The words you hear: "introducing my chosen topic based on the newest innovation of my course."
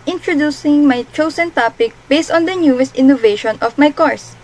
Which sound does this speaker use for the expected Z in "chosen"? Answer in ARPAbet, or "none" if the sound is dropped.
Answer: S